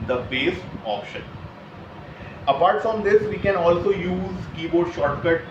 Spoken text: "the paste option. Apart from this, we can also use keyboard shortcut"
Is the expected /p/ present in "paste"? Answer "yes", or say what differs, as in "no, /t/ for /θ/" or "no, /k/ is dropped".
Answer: no, /b/ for /p/